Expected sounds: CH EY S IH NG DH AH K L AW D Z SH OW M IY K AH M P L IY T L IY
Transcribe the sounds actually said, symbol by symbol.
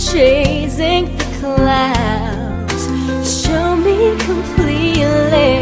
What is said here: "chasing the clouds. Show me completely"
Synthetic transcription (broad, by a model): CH EY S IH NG DH AH K L AW D Z SH OW M IY K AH M P L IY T L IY